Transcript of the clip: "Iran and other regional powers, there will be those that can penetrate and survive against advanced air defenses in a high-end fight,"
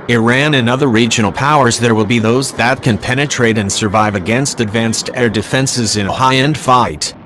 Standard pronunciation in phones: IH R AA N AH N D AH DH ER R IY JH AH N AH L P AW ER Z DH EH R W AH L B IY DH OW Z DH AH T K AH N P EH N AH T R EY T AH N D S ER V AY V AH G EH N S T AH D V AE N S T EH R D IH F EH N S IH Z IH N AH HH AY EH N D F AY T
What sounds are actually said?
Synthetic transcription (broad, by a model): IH R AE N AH N AH DH ER R IY JH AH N L P AW ER Z DH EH R W AH L B IY DH OW Z DH AH T K AH N P EH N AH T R EY T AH N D S ER V AY V AH G EH N S T AH D V AE N S T EH R D IH F EH N S IH Z IH N AH HH AY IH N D F AY T